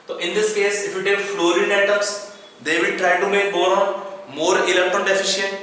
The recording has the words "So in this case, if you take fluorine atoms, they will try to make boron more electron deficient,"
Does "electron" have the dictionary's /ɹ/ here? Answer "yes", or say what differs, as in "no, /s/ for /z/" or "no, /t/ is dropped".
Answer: no, /ɹ/ is dropped